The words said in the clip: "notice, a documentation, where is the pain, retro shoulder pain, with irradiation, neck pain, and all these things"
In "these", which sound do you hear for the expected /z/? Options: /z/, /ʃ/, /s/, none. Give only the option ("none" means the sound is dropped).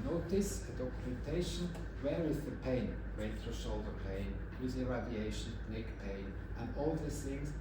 none